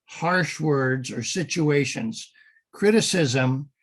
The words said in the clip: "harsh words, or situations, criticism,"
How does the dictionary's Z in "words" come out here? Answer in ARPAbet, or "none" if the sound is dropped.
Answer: Z